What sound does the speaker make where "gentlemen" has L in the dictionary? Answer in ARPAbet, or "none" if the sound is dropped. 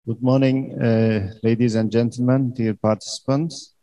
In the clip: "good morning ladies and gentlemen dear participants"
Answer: L